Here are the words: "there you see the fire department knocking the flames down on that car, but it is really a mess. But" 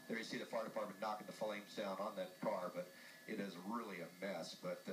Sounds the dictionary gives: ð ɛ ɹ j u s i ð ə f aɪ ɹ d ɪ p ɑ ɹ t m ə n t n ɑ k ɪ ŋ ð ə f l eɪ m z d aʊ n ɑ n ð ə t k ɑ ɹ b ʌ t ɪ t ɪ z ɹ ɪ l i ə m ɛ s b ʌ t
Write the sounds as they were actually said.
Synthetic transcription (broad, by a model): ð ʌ ɹ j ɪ s i ð ə f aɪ ɹ d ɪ p ɑ ɹ t m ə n n ɑ k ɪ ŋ ð ə f l eɪ m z d aʊ n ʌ n ð ə t k ɑ ɹ b ʌ t ɪ t ɪ z ɹ ɪ l i ə m ɛ s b ʌ t